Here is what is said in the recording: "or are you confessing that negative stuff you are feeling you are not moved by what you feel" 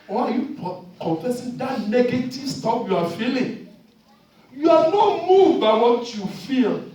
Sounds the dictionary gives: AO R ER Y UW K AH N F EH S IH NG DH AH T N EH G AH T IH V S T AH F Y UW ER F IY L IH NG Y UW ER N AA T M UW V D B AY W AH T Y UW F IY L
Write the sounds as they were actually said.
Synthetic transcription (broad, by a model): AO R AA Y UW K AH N F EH S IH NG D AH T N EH G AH T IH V S T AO P Y UW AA F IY L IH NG Y UW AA N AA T M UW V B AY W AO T Y UW F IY L